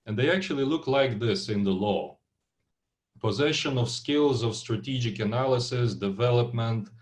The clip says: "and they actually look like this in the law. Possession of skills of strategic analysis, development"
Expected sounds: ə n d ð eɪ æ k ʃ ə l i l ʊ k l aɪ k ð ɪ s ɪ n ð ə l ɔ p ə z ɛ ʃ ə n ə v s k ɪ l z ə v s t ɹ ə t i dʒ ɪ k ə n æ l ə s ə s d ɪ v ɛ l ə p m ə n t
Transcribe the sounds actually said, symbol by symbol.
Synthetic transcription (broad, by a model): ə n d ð eɪ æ k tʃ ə l i l ʊ k l aɪ k ð ɪ s ɪ n ð ə l ɔ p ə z ɛ ʃ ə n ə v s k ɪ l z ə v s t ɹ ə t i dʒ ɪ k ə n æ l ə s ə s d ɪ v ɛ l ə p m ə n t